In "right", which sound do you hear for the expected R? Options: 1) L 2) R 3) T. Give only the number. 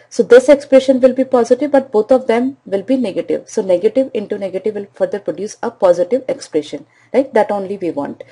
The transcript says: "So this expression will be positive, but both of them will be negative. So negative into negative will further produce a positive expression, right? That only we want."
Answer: 1